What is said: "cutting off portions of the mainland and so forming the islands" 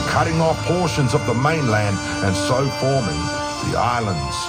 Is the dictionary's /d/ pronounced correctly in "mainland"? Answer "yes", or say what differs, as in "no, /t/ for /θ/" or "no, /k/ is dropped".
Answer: yes